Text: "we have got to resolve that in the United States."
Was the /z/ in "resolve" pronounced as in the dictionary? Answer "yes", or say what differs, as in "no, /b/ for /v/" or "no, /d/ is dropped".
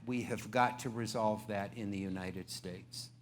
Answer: yes